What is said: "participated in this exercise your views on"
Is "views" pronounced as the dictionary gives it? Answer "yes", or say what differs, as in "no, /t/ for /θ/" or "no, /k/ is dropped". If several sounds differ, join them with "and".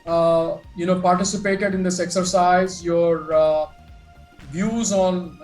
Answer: yes